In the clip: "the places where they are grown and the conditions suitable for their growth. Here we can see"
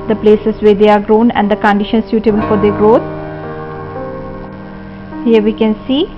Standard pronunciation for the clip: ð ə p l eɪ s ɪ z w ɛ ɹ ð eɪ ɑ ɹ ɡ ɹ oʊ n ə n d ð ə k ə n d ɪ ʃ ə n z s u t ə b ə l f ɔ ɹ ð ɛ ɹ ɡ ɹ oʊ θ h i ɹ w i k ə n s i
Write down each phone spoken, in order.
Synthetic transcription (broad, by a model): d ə p l eɪ s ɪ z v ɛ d eɪ ɑ ɹ ɡ ɹ oʊ n ə n d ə k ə n d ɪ ʃ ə n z s u t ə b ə l f ɔ ɹ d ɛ ɡ ɹ oʊ t h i ɹ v i k ə n s i